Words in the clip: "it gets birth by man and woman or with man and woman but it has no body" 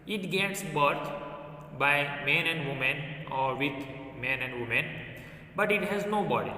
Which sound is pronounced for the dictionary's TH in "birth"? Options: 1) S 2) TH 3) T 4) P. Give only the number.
3